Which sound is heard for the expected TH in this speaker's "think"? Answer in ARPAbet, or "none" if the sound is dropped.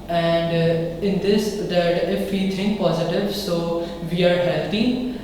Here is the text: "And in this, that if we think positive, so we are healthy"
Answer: T